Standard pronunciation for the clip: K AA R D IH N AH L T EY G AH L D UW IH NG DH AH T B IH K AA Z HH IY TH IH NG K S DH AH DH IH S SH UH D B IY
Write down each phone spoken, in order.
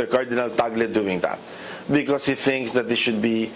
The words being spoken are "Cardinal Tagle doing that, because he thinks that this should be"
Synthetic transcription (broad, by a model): K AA R D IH N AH L T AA G L D UW IH NG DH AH T B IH K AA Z HH IY TH IH NG K S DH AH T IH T SH UH D B IY